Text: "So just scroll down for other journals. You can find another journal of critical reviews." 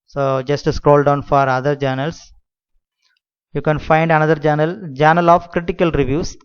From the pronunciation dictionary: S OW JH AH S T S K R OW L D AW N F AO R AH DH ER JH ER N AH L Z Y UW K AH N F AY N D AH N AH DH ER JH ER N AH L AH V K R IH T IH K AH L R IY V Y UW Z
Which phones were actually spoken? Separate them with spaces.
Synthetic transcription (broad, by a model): S OW JH AH S T S K R OW L D AW N F AO R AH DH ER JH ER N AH L S Y UW K AH N F AY N D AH N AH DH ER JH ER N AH L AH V K R IH T IH K AH L R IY V Y UW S